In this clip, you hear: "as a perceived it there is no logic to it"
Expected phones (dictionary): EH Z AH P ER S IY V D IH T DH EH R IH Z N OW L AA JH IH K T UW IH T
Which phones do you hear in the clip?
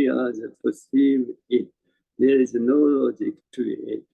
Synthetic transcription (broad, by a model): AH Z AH P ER S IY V IH T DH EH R IH Z N OW L AA JH IH K T UW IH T